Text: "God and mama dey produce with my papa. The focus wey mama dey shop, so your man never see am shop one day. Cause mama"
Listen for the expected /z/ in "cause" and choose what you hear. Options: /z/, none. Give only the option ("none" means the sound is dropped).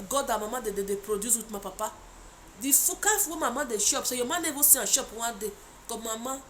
none